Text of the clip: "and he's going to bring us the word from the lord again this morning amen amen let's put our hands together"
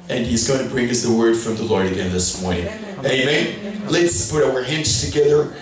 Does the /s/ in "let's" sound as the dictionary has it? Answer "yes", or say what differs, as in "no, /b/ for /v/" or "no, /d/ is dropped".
yes